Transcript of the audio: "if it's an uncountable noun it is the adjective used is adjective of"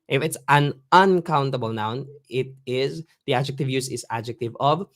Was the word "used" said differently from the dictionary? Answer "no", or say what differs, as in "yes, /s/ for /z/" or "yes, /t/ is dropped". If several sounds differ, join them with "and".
yes, /d/ is dropped